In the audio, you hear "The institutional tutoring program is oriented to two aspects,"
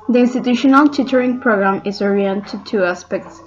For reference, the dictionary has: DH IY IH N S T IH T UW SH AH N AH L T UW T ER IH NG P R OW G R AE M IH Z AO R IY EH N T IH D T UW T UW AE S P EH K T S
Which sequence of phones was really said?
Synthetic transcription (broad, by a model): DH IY IH N S T IH T UW SH AH N AH L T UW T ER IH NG P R OW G R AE M IH Z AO R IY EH N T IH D T UW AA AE S P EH K T S